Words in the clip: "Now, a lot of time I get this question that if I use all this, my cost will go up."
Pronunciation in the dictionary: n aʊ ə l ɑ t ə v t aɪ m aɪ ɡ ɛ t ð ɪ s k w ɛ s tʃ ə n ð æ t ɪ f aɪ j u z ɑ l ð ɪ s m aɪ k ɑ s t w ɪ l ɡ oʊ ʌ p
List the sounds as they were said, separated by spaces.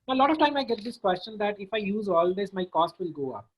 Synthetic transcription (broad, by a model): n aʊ ə l ɑ t ə v t aɪ m aɪ ɡ ɛ t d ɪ s k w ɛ s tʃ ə n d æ t ɪ f aɪ j u z ɑ l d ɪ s m aɪ k ɑ s t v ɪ l ɡ oʊ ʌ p